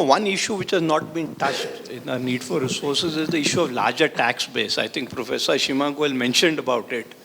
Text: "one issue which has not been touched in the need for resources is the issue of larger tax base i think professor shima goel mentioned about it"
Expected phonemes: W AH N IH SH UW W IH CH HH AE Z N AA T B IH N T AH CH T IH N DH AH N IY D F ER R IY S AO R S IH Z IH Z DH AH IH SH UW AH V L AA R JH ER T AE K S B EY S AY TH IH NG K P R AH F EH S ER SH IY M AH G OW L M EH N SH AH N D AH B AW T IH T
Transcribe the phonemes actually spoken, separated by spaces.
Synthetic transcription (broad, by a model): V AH N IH SH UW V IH CH HH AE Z N AA T B IH N T AH CH T IH N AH N IY D F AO R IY S AO R S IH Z IH Z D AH IH SH UW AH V L AA R JH ER T AE K S B EY S AY T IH NG K P R AH F EH S ER SH IY M AH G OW L M EH N SH AH N D AH B AW T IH T